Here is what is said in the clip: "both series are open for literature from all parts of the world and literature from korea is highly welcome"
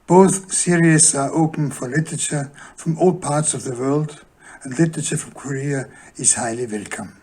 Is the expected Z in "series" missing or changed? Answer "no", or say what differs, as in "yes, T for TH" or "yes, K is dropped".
yes, S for Z